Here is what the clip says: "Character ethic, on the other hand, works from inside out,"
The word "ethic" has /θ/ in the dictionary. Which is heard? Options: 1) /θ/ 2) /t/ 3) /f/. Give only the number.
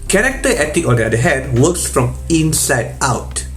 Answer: 2